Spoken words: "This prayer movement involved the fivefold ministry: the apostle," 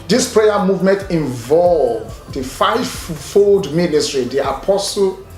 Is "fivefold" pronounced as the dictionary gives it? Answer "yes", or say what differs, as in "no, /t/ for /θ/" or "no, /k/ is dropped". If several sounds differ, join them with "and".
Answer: yes